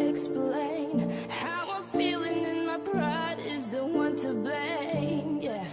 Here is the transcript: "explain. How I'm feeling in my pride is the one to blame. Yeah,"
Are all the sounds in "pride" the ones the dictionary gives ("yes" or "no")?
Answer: no